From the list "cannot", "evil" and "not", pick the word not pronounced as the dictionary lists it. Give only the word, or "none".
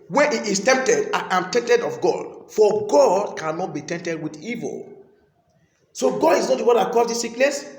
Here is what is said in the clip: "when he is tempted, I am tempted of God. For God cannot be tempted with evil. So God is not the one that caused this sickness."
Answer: none